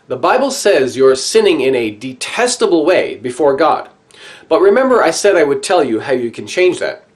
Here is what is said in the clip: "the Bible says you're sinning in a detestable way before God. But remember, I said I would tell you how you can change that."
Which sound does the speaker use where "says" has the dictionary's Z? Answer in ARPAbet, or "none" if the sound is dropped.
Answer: Z